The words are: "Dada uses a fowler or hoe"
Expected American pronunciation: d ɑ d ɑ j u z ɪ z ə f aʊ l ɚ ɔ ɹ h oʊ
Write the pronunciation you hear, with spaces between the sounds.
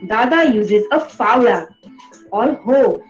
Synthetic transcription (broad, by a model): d ɑ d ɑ j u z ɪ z ə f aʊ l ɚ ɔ l h oʊ